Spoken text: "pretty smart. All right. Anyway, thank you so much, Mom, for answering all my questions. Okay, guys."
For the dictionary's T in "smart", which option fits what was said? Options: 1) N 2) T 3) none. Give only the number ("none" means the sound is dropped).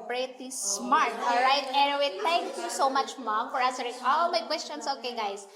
2